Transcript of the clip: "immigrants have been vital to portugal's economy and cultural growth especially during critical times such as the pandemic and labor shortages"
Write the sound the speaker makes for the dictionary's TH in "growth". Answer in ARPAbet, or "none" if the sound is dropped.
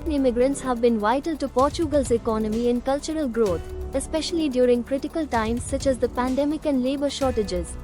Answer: T